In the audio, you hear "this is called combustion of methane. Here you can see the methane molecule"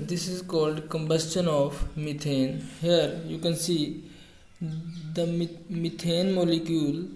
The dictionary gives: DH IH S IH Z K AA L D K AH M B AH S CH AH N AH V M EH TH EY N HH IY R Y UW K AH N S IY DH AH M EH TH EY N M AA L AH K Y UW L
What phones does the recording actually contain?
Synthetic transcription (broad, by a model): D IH S IH Z K AA L D K AH M B AH S CH AH N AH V M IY T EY N HH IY R Y UW K AH N S IY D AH M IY T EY N M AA L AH K Y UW L